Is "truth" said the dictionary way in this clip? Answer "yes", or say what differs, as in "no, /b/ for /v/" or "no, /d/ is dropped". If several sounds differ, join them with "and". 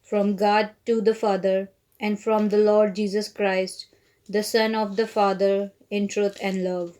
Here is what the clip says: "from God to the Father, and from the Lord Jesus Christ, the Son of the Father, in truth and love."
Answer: no, /t/ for /θ/